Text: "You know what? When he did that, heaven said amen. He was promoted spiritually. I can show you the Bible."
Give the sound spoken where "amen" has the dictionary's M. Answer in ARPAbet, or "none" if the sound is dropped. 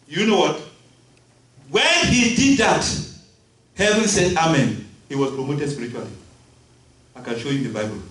M